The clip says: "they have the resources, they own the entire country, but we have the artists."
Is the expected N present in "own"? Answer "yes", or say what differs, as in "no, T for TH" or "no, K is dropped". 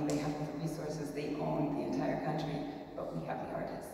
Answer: no, L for N